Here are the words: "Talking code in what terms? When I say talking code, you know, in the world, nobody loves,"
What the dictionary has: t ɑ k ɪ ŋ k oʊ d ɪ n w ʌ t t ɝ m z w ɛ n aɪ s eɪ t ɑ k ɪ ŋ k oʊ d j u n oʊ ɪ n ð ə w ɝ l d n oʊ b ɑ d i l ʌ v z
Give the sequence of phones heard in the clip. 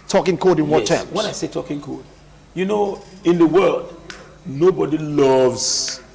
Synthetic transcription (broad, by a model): t ɑ k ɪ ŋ k oʊ d ɪ n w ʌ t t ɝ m w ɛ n aɪ s eɪ t ɑ k ɪ ŋ k oʊ d j u n oʊ ɪ n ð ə w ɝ l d n oʊ b ɑ d i l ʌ v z